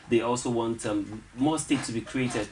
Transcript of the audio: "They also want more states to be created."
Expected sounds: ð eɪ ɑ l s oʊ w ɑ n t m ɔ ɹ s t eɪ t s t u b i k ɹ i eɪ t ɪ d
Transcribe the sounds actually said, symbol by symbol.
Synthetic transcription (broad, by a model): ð eɪ ɑ l s oʊ w ɑ n t m ɔ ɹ s t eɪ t t u b i k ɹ i eɪ t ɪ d